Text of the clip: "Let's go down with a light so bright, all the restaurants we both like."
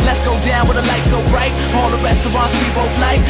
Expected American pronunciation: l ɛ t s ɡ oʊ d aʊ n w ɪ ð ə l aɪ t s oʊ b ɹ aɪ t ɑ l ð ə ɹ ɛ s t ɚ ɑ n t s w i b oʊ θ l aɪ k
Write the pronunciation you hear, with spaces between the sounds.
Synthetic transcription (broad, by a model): l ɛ t s ɡ oʊ d aʊ n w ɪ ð ə l aɪ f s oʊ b ɹ aɪ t ɑ l ð ə ɹ ɛ s t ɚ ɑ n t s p i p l f l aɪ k